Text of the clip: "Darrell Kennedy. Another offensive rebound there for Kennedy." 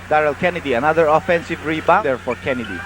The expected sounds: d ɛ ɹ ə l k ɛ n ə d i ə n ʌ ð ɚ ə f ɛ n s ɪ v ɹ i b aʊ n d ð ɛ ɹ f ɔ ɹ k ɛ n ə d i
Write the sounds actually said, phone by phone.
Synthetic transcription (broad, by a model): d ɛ ɹ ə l k ɛ n ə d i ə n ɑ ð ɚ ə f ɛ n s ɪ v ɹ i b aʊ d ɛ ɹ f ɔ ɹ k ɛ n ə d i